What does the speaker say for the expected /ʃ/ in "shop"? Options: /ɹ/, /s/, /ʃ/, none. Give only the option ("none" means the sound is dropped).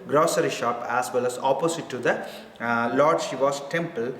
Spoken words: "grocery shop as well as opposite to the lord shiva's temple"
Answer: /ʃ/